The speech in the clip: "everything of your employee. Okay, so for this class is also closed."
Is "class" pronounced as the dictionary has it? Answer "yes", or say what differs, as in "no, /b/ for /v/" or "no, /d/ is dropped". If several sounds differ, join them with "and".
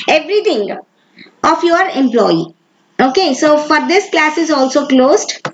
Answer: yes